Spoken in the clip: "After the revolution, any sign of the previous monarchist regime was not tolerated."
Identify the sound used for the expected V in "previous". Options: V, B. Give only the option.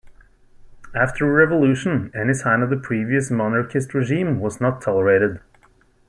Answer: V